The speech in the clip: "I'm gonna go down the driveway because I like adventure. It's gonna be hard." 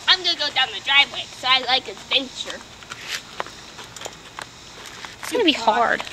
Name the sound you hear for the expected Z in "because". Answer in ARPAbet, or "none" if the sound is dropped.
none